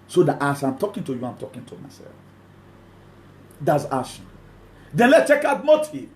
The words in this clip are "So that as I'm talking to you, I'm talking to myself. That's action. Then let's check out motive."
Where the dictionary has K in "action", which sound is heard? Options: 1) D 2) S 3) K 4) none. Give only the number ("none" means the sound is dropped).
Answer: 4